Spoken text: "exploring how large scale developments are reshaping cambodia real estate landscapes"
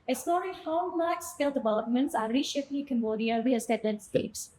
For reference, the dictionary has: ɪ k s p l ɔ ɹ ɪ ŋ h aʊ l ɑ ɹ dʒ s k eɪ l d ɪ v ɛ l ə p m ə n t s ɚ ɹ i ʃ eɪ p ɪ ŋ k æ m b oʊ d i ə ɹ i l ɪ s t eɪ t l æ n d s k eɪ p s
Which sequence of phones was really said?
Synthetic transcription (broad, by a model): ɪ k s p l ɔ ɹ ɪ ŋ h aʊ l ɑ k s k eɪ l d ɪ v ɛ l ə p m ə n t s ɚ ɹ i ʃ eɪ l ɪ k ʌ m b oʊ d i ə w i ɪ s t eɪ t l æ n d s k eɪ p s